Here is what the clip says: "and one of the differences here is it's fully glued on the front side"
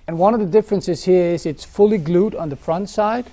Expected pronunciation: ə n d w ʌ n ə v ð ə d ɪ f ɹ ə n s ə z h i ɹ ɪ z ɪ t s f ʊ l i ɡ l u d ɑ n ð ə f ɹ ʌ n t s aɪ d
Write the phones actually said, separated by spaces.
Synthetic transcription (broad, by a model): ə n w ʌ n ə v ð ə d ɪ f ɹ ə n s ə z h i ɹ ɪ z ɪ t s f ʊ l i ɡ l u d n ð ə f ɹ ʌ n t s aɪ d